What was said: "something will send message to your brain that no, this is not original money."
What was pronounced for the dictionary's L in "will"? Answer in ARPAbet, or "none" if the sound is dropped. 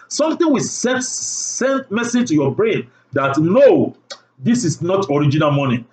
N